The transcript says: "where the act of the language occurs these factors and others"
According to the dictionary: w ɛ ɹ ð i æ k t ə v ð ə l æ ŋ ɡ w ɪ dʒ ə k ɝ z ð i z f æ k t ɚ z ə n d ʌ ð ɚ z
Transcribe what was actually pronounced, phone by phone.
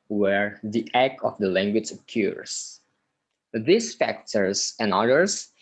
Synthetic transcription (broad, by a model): w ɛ ɹ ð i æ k ə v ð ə l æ ŋ ɡ w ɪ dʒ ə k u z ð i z f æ k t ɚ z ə n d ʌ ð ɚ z